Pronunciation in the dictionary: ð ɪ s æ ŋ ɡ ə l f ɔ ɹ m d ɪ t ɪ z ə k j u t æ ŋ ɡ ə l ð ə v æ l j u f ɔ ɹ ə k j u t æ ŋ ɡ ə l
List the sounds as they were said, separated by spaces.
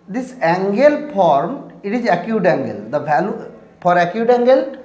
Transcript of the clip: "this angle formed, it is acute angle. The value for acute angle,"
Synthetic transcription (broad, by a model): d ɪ s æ ŋ ɡ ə l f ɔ ɹ m ɪ t ɪ z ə k j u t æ ŋ ɡ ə l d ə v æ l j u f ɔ ɹ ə k j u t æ ŋ ɡ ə l